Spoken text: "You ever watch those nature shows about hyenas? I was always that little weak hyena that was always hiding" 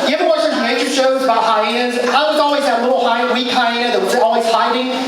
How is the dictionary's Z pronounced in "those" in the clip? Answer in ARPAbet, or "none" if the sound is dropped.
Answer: none